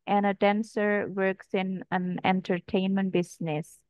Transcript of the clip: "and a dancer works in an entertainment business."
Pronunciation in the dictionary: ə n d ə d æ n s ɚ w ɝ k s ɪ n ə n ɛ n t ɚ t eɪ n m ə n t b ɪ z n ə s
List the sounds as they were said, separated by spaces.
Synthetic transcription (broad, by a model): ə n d ə d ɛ n s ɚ w ɝ k s ɪ n ə n ɛ n t ɚ t eɪ n m ə n t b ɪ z n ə s